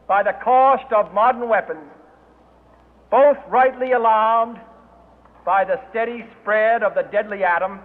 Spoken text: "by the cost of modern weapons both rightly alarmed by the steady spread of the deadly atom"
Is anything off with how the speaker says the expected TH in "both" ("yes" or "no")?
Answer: no